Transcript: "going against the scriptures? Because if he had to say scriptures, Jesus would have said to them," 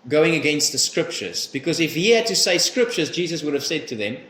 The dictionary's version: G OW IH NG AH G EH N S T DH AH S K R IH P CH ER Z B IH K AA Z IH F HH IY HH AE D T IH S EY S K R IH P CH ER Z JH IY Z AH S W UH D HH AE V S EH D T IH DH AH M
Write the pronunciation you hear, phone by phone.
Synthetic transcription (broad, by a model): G OW IH NG AH G EH N S T DH AH S K R IH P CH ER Z B IH K AA Z IH F HH IY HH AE D T IH S EY S K R IH P CH ER Z JH IY Z AH S W UH D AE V S EH D T IH DH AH M